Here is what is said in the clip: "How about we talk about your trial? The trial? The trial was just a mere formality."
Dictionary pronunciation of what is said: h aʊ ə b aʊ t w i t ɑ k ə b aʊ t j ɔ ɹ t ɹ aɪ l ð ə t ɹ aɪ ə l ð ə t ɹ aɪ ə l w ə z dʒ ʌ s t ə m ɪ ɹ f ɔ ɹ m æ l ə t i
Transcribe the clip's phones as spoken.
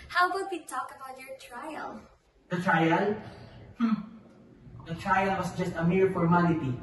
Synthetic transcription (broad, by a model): h aʊ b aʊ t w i t ɑ k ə b aʊ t j ɔ ɹ t ɹ aɪ l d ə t ɹ aɪ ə l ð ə t ɹ aɪ ə l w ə s dʒ ʌ s t ə m ɪ ɹ f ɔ ɹ m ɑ l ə t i